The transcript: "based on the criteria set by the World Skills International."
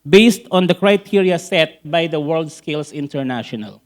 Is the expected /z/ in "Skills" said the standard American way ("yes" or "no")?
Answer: no